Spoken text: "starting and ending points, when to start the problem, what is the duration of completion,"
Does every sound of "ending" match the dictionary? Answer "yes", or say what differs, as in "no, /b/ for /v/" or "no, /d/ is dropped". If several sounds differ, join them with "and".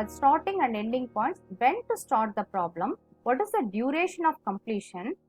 no, /l/ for /n/